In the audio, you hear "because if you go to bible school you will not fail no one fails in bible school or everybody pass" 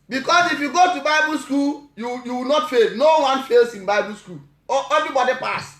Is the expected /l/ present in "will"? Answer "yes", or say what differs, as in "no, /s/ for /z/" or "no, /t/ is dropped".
no, /w/ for /l/